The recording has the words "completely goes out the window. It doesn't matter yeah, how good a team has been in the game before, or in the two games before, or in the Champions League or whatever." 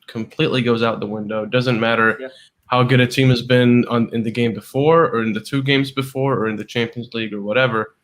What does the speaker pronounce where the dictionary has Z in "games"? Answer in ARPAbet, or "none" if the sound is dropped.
Z